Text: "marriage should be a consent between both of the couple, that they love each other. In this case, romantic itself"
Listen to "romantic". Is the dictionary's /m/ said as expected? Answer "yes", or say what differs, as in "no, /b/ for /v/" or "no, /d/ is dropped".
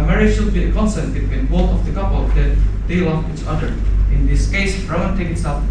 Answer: no, /m/ is dropped